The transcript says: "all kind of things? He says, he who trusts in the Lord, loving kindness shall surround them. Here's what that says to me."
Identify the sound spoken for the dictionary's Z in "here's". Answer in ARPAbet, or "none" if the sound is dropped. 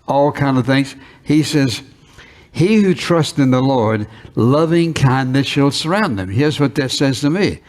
Z